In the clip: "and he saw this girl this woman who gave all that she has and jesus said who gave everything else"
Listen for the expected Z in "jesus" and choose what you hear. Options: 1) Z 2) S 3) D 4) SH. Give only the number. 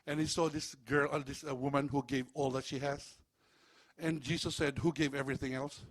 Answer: 2